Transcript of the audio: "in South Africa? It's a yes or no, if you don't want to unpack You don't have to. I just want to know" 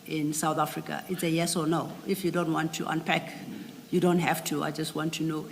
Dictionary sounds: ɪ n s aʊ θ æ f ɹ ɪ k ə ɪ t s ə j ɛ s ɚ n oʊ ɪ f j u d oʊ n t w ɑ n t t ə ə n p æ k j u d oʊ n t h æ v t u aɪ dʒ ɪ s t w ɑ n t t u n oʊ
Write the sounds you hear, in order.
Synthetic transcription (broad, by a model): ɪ n s aʊ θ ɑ f ɹ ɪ k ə ɪ t s ə j ɛ s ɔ n oʊ ɪ f j u d oʊ n t w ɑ n t t ə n p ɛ k j u d oʊ n t h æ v t u aɪ dʒ ɪ s t w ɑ n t t u n oʊ